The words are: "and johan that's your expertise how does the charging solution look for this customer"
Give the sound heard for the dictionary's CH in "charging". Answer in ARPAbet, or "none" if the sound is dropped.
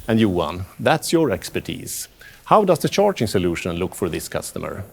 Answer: CH